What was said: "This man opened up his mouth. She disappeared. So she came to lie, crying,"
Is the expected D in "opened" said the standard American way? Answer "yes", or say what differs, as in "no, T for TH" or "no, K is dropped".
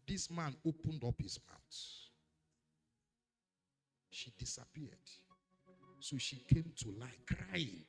yes